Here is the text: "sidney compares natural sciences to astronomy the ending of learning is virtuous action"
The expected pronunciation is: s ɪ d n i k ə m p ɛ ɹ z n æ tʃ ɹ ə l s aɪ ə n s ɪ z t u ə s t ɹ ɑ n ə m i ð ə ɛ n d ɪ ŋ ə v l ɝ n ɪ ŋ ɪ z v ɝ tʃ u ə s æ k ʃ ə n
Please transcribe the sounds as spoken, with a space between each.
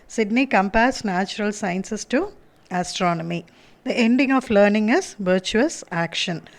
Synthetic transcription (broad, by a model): s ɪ d n i k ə m p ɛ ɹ s n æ tʃ ɹ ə l s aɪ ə n s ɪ s t u ə s t ɹ ɑ n ə m i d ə ɛ n d ɪ ŋ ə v l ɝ n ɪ ŋ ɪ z v ɝ tʃ u ə s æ k ʃ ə n